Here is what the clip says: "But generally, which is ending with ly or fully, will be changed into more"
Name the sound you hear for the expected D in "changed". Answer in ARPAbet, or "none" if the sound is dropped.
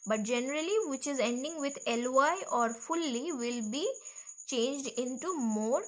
D